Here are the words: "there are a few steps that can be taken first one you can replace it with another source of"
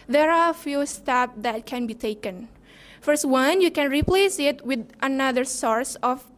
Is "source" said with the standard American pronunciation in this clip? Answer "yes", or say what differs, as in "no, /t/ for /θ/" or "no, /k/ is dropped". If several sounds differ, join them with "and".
yes